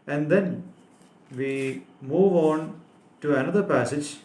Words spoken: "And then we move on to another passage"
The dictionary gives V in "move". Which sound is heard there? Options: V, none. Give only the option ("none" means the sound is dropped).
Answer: V